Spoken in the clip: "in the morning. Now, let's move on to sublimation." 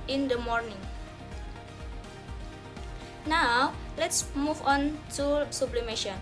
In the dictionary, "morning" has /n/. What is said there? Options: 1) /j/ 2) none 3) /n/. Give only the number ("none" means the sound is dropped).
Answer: 3